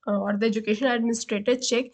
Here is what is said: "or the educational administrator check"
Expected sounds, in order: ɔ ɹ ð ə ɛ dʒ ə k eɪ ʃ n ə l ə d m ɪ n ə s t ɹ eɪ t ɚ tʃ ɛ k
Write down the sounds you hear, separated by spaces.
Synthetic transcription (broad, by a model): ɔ ɹ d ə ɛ dʒ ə k eɪ ʃ ə n ə d m ɪ n ə s t ɹ eɪ t ɚ tʃ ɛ k